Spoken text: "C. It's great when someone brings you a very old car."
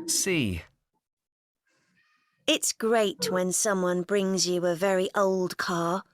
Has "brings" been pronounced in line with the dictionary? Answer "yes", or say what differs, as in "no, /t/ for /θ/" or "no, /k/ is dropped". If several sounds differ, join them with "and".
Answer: yes